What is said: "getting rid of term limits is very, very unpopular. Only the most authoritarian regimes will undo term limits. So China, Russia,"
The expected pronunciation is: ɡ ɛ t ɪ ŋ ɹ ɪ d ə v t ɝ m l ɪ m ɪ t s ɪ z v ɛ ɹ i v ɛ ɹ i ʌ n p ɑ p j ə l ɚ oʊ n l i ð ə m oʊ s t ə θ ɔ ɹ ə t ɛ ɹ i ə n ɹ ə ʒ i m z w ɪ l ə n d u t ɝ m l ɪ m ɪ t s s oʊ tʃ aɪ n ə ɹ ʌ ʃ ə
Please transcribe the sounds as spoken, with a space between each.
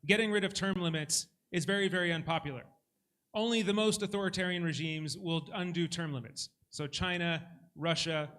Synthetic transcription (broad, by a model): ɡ ɛ t ɪ ŋ ɹ ɪ d ə v t ɝ m l ɪ m ɪ t s ɪ z v ɛ ɹ i v ɛ ɹ i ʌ n p ɑ p j l ɚ oʊ n l i ð ə m oʊ s t ə θ ɔ ɹ ə t ɛ ɹ i ə n ɹ ə ʒ i m z w ɪ l ə n d u t ɝ m l ɪ m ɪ t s s oʊ tʃ aɪ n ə ɹ ʌ ʃ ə